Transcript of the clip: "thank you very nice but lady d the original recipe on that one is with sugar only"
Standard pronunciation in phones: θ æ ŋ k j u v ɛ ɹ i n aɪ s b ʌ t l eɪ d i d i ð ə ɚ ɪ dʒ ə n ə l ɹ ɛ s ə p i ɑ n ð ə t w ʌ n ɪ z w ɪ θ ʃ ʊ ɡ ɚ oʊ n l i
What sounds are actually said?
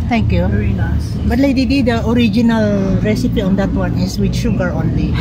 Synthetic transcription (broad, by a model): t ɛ ŋ k j u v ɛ i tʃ b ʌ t l eɪ d i d i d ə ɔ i dʒ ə n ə l ɹ ɛ s ə p i ɑ n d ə t w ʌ n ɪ s w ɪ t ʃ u ɡ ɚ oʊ n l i